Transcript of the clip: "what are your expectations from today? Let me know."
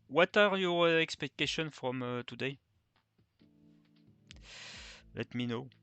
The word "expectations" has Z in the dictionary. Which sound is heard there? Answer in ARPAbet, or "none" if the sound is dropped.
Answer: none